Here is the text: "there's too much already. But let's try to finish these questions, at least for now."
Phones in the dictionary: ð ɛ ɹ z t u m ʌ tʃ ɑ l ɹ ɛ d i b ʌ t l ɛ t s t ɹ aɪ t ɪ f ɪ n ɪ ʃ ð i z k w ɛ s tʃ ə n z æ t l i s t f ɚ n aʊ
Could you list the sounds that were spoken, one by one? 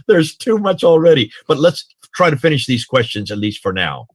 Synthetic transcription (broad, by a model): ð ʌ ɹ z t u m ʌ tʃ l ɹ ɛ d i b ʌ t l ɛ t s t ɹ aɪ t ɪ f ɪ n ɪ ʃ ð i z k w ɛ s tʃ ə n z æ t l i s t f ɚ n aʊ